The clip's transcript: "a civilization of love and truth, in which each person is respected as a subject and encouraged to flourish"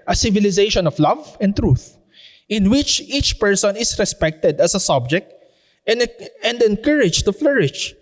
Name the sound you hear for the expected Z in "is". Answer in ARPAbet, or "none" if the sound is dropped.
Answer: S